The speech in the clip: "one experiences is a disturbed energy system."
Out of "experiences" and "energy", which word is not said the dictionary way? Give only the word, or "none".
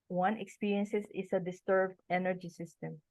experiences